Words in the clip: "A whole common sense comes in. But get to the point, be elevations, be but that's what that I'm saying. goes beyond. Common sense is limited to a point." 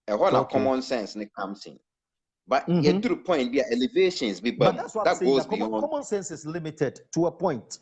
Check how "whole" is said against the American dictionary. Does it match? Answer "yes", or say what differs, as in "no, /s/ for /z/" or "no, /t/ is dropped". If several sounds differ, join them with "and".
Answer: no, /n/ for /l/